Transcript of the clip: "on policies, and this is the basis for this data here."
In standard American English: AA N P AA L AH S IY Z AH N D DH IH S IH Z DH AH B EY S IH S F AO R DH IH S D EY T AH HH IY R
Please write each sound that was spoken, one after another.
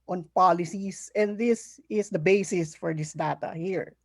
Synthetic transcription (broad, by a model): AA N P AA L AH S IY S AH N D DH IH S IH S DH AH B EY S IH S F AO R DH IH S D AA T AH HH IY R